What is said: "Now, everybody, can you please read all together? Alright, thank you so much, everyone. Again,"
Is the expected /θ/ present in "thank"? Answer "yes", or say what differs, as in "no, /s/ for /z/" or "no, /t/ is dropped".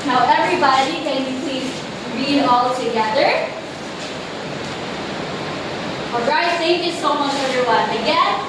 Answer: no, /s/ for /θ/